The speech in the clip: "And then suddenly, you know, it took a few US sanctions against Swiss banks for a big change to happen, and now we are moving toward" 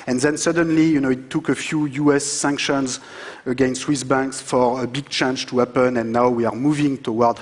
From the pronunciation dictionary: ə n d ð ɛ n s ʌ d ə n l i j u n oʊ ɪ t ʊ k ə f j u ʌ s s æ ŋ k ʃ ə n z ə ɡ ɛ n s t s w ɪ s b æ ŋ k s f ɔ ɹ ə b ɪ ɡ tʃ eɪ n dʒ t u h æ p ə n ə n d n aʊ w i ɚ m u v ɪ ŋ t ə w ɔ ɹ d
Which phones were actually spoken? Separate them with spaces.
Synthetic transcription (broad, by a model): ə n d ð ɛ n s ʌ d ə n l i j u n oʊ ɪ t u k ə f j u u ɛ s æ ŋ k ʃ ə n z ə ɡ ɛ n s t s w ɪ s b æ ŋ k s f ɔ ɹ ə b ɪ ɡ tʃ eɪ n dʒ t u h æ p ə n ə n n aʊ w i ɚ m u v ɪ ŋ t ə w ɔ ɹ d